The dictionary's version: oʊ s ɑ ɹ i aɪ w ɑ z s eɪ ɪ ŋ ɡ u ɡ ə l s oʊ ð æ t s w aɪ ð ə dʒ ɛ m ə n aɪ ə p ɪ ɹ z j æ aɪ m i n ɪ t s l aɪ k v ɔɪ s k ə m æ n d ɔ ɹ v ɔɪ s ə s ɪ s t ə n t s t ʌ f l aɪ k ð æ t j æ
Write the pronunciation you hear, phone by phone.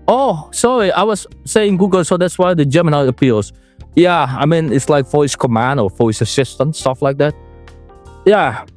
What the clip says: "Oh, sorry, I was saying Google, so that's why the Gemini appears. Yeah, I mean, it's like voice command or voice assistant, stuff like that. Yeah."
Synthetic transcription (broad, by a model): oʊ s ɑ ɹ i aɪ w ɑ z s eɪ ɪ ŋ ɡ u ɡ ə l s oʊ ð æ t s w aɪ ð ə dʒ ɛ m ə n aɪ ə p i l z j æ aɪ m i n ɪ t s l aɪ k f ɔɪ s k ə m æ n d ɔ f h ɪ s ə s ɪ s t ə n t s t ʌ f l aɪ k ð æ t j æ